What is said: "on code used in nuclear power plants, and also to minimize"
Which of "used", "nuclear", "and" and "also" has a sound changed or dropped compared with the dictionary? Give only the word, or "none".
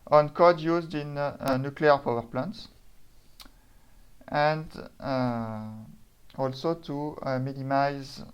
none